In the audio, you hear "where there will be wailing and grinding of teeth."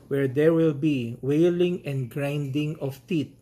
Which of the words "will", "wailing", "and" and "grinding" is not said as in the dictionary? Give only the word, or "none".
none